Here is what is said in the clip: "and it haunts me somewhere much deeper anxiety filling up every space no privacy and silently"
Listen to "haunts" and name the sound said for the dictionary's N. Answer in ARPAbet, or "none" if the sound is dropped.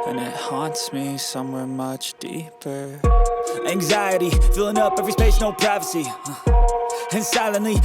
N